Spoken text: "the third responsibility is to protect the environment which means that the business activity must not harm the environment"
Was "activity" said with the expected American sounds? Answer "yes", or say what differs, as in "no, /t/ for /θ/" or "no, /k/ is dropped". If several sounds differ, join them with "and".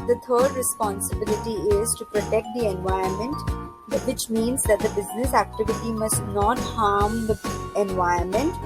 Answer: yes